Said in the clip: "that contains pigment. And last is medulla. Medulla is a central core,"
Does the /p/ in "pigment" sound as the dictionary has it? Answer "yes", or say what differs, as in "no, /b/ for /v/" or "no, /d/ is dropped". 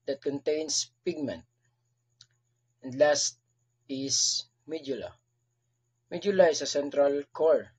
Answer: yes